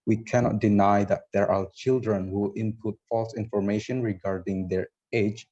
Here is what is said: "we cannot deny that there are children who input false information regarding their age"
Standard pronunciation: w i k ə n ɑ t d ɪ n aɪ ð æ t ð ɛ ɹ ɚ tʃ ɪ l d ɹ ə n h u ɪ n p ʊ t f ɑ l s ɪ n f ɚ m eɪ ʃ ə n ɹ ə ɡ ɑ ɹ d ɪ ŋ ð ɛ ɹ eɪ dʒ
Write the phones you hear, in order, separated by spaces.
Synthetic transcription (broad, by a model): w i k ə n ɑ t d ɪ n aɪ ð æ t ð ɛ ɹ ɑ tʃ ɪ l d ɹ ə n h u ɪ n p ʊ t f ɑ l s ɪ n f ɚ m eɪ ʃ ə n ɹ ə ɡ ɑ ɹ d ɪ ŋ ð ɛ ɹ eɪ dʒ